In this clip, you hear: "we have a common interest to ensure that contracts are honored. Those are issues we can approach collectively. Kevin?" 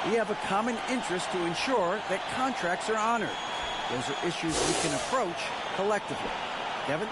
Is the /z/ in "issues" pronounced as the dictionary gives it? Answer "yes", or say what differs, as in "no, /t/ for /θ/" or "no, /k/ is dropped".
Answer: yes